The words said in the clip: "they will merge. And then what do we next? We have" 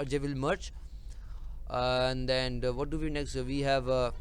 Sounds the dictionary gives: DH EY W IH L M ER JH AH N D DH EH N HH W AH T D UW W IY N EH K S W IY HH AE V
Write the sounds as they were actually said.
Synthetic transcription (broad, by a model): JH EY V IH L M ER CH AH N D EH N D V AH T D UW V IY N EH K S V IY HH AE V